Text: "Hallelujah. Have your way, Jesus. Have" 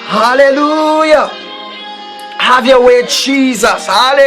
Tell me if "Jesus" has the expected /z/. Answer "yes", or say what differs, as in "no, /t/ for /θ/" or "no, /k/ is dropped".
yes